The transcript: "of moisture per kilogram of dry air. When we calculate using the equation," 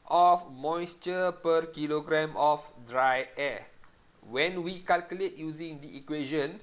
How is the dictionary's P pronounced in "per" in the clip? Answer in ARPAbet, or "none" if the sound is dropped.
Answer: P